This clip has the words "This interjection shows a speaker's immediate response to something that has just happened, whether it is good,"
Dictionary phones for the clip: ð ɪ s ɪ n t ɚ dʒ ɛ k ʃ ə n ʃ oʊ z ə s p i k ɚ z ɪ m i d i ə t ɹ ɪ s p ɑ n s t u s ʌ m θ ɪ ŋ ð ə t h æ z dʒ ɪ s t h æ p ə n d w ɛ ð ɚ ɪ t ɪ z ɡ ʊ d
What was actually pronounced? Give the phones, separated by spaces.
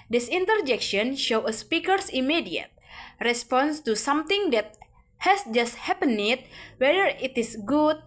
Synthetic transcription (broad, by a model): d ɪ s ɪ n t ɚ dʒ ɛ k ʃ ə n ʃ oʊ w ə s p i k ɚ s ɪ m i d i ə t ɹ ɪ s p ɑ n s t u s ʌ m t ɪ ŋ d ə t h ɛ s dʒ ɪ s t h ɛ p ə n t w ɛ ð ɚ ɪ t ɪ s ɡ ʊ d